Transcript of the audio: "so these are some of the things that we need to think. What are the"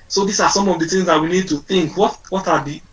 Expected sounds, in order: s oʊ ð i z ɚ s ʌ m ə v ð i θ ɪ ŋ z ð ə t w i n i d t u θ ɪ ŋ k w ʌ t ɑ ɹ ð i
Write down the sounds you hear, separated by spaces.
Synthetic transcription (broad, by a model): s oʊ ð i s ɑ s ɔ m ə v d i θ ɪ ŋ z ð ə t w i n i d t u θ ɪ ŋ k w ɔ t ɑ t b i